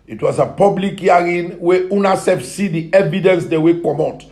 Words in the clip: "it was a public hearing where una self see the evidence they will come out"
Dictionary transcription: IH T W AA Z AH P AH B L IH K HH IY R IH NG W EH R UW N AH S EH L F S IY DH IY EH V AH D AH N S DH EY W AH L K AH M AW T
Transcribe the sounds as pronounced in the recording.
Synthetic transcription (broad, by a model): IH T W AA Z AH P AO B L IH K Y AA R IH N W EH UW N AH S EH F S IY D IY EH V AH D AH N S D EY W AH K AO M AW T